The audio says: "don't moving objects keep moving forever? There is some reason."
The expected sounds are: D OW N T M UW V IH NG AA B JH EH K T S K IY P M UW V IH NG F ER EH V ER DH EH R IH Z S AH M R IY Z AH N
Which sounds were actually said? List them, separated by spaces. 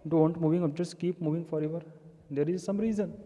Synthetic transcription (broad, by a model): D OW N T M UW V IH NG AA JH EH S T K IY P M UW V IH NG F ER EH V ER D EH R IH Z S AH M R IY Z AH N